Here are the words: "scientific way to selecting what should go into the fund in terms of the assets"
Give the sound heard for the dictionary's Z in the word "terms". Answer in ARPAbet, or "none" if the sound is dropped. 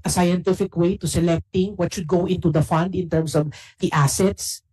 S